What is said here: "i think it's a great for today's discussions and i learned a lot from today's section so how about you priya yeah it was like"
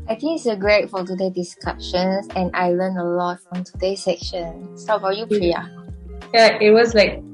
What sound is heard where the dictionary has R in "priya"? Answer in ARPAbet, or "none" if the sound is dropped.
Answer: L